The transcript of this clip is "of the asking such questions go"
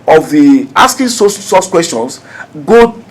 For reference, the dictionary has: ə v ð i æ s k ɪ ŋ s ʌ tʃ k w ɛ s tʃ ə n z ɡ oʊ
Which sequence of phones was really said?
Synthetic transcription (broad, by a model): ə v ð i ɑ s k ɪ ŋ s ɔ s k w ɛ s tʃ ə n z ɡ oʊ